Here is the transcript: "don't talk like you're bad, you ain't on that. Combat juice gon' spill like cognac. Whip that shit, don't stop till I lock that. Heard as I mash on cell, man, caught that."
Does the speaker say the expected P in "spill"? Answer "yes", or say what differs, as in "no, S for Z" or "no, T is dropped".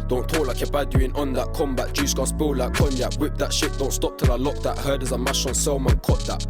no, B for P